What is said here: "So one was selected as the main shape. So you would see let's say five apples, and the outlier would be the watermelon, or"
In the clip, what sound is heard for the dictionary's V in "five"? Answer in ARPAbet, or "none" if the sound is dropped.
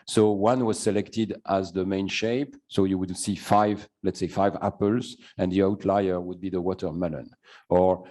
V